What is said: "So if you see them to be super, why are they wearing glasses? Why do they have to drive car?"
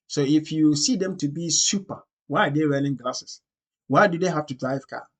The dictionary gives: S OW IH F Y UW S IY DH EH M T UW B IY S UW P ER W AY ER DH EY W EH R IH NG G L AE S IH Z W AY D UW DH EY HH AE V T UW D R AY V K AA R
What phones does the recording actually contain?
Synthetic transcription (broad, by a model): S OW IH F Y UW S IY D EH M T UW B IY S UW P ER W AY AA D EY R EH L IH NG G L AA S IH S W AY D UW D EY HH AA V T UW D R AY V K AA